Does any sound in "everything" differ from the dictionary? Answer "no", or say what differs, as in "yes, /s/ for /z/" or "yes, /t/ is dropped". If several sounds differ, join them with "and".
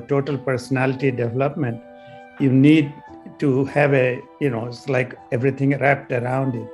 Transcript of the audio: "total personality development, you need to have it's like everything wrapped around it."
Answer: yes, /t/ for /θ/